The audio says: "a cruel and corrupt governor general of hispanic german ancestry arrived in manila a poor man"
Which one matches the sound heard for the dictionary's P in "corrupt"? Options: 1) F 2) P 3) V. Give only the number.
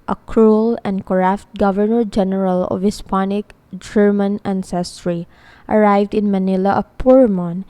1